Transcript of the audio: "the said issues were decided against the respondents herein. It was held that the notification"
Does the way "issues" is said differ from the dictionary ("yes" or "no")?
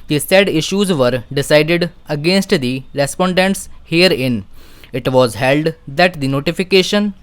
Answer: no